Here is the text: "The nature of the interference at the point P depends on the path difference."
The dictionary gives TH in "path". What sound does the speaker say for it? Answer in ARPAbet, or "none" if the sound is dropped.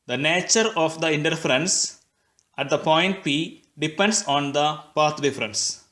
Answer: T